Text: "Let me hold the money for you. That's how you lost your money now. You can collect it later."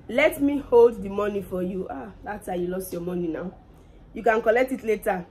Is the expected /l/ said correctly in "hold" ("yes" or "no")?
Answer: yes